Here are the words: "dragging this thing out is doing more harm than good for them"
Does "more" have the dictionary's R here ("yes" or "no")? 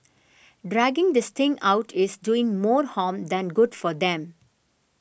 yes